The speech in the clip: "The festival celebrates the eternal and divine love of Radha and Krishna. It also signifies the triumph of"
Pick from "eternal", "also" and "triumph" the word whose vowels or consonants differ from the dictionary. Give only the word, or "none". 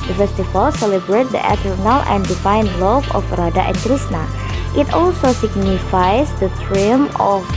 triumph